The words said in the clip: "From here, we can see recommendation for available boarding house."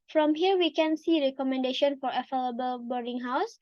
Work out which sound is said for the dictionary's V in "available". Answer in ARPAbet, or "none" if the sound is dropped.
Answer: F